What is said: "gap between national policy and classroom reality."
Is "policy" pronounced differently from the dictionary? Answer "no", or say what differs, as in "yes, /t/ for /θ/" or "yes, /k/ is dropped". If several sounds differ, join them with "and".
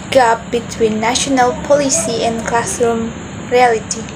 no